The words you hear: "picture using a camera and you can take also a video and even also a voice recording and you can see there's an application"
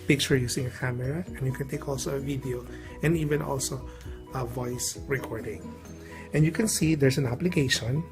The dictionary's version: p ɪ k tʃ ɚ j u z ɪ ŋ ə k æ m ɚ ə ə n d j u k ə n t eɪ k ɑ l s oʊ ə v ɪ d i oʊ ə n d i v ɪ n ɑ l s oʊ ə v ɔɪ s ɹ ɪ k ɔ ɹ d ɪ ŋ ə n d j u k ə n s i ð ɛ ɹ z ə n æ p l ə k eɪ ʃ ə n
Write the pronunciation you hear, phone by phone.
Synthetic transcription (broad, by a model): p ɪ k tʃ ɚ j u s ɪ ŋ ə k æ m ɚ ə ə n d j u k ə n t eɪ k ɑ l s oʊ ə v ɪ d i oʊ ə n d i v ɪ n ɑ l s oʊ ə v ɔɪ s ɹ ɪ k ɔ ɹ d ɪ ŋ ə n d j u k ə n s i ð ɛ ɹ s ə n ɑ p l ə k eɪ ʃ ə n